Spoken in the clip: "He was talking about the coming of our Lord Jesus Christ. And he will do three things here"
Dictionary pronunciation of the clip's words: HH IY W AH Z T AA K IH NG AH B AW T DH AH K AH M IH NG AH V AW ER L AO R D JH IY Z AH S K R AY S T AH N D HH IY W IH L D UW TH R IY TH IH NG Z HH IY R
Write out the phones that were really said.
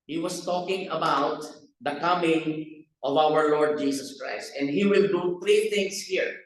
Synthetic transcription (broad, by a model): HH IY W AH S T AA K IH NG AH B AW T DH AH K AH M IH NG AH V AW ER L AO R D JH IY S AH S K R AY S T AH N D HH IY W IH L D UW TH R IY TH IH NG S HH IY R